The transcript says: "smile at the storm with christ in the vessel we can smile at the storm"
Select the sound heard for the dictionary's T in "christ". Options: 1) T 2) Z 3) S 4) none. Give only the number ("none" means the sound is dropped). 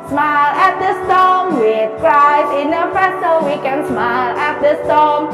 4